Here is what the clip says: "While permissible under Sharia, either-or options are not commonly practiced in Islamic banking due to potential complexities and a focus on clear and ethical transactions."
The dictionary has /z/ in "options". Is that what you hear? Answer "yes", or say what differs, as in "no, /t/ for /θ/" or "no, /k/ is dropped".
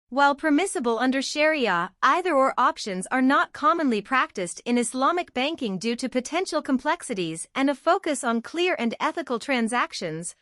yes